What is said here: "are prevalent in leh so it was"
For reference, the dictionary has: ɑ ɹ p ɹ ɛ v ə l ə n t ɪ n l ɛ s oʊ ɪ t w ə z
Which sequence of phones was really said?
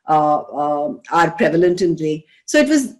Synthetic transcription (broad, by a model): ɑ ɹ p ɹ ɛ v ə l ə n t ɪ n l ɛ s oʊ ɪ t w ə z